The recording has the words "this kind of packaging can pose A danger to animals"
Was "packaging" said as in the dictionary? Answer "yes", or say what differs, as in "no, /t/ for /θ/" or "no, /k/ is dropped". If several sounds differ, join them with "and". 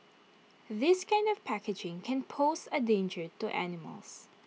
yes